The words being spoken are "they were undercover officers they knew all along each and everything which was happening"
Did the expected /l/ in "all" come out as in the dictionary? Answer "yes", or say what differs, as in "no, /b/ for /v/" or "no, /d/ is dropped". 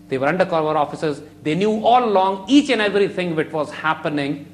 yes